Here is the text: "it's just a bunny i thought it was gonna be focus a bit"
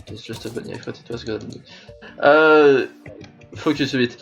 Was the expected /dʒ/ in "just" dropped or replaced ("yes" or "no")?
yes